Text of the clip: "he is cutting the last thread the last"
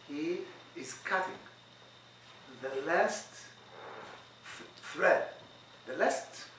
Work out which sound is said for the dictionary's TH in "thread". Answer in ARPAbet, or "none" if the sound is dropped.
F